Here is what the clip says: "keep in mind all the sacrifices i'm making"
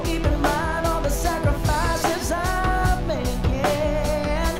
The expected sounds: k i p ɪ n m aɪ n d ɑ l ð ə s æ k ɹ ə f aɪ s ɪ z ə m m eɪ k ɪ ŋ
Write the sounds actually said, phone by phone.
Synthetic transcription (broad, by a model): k i p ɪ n m aɪ n d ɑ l ð ə s æ k ɹ ə f aɪ s ɪ z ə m m eɪ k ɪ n